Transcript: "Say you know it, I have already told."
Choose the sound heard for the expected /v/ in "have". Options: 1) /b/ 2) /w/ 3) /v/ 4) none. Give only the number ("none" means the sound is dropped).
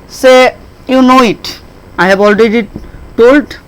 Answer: 1